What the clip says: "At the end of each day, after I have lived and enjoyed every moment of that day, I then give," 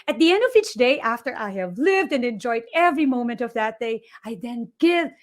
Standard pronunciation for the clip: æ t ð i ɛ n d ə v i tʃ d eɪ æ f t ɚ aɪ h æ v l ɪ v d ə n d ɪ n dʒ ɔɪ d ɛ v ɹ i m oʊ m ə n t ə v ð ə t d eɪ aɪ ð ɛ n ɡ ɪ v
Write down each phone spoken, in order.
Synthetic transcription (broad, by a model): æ t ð i ɛ n d ə v i tʃ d eɪ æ f t ɚ aɪ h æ v l ɪ v d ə n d ɪ n dʒ ɔɪ d ɛ v ɹ i m oʊ m ə n t ə v ð ə t d eɪ aɪ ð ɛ n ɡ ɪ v